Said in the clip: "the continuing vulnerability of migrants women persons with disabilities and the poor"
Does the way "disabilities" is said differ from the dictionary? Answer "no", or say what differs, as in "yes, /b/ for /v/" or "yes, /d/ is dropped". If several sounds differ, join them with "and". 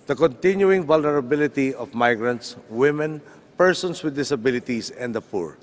yes, /s/ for /z/